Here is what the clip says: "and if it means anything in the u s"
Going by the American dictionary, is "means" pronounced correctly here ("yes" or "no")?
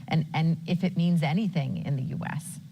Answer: yes